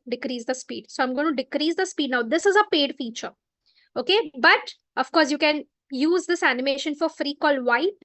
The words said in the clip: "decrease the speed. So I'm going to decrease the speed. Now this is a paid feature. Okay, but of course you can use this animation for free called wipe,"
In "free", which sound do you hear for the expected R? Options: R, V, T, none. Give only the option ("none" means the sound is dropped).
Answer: R